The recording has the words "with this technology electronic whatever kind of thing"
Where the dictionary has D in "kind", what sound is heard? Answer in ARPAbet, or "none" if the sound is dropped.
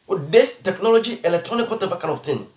none